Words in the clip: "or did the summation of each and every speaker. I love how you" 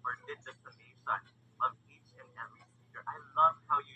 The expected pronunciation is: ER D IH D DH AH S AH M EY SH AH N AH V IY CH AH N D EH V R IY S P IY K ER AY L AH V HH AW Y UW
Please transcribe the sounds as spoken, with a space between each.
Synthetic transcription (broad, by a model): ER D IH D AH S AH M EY S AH N AH V IY CH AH N EH V R IY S IY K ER AY L AH V HH AW Y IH